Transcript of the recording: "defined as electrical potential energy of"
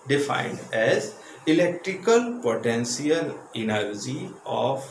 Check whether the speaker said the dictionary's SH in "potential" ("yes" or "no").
no